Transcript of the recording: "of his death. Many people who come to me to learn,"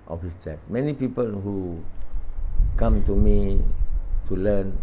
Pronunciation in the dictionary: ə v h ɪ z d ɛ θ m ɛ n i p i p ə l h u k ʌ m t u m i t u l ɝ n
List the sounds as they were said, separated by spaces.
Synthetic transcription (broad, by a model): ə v h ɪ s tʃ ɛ s m ɛ n i p i p ə l h u k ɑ m t u m i t u l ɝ n